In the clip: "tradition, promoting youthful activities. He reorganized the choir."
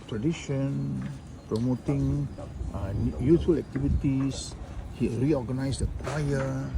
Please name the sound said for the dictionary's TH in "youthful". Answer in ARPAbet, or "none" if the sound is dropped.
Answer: T